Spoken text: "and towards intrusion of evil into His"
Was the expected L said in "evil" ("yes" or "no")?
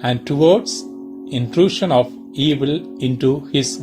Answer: yes